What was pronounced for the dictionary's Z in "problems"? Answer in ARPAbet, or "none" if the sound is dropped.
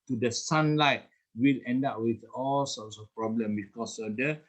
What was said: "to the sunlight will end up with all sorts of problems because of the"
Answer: none